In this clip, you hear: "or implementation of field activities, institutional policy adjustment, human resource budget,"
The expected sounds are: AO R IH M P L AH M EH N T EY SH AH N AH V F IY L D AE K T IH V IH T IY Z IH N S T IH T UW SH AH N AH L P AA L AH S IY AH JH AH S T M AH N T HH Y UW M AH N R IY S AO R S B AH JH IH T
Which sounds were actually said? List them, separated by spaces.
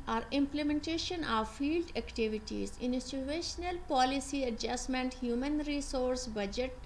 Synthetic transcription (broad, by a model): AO R IH M P L AH M EH N T EY SH AH N AH V F IY L D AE K T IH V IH T IY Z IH N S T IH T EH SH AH N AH L P AA L AH S IY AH JH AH S M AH N T HH Y UW M AH N R IY S AO R S B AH JH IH T